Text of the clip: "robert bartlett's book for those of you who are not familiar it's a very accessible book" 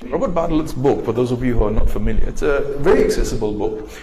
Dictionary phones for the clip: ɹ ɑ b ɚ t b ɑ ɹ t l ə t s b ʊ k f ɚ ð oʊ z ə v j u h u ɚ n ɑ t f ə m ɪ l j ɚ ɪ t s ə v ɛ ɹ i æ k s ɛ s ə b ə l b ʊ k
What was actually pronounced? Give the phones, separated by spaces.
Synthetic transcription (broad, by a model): ɹ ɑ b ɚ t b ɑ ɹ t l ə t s b ʊ k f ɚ ð oʊ z ə v j u h u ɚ n ɑ t f ə m ɪ l j ɚ ɪ t s ə v ɛ ɹ i æ k s ɛ s ə b ə l b ʊ k